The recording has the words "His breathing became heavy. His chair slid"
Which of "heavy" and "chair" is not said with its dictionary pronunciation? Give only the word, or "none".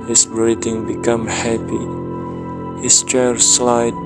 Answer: heavy